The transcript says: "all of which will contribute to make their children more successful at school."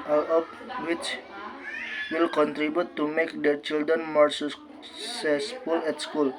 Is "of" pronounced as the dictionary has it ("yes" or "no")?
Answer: no